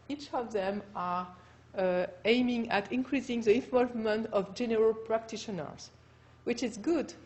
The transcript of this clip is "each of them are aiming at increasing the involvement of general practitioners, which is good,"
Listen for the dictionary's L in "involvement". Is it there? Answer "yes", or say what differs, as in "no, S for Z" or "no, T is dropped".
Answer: no, L is dropped